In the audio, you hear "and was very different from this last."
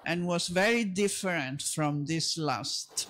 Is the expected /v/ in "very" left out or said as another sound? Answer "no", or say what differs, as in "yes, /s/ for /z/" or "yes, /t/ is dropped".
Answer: no